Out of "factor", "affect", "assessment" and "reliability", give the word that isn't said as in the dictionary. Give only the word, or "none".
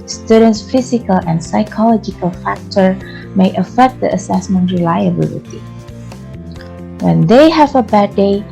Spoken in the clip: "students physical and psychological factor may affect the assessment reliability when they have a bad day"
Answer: none